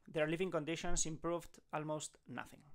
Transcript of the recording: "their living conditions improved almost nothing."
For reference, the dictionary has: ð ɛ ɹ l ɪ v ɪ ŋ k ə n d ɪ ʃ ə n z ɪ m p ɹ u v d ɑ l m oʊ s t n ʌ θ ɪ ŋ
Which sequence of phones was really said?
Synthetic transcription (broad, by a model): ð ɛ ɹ l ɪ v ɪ ŋ k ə n d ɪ ʃ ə n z ɪ m p ɹ u v d ɑ l m oʊ s t n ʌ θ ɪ ŋ